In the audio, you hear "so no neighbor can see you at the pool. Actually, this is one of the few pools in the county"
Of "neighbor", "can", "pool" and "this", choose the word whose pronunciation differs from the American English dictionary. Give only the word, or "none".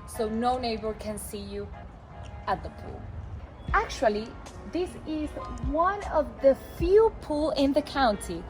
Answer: none